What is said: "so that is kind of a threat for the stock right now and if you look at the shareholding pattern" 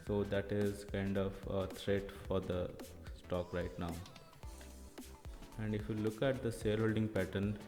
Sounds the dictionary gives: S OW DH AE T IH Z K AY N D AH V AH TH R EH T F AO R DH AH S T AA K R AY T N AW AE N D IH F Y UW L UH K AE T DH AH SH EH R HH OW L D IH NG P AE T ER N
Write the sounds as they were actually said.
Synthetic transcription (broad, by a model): S OW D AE T IH Z K AY N D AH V AH T R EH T F AO R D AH S T AA K R AY T N AW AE N D IH F Y UW L UH K AE T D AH S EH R HH OW L D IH NG P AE T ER N